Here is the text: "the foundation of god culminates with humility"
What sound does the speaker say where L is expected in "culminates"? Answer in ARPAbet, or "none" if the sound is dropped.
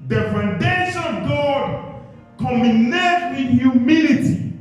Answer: none